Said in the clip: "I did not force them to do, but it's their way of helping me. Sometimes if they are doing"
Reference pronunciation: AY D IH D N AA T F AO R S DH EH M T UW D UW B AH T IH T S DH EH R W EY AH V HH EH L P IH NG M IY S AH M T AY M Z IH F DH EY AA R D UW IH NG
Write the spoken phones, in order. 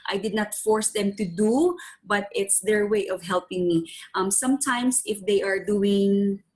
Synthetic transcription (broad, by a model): AY D IH D N AA T F AO R S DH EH M T UW D UW B AH T IH T S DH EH R W EY AH V HH EH L P IH NG M IY S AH M T AY M S IH F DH EY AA R D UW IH NG